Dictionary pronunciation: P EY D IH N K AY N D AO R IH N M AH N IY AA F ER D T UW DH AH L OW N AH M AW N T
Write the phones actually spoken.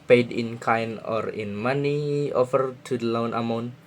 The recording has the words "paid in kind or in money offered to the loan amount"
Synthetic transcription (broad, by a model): P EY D IH N K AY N AO R IH N M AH N IY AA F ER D T UW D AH L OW N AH M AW N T